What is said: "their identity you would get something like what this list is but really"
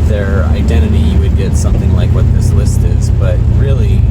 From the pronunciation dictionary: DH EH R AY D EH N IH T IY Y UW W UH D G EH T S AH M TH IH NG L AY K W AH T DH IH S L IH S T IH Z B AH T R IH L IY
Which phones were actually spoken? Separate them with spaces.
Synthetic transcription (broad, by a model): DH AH R AY D EH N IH T IY Y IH W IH D G EH T S AH M TH IH NG L AY K W AH T DH IH S L IH S T IH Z B AH T R IH L IY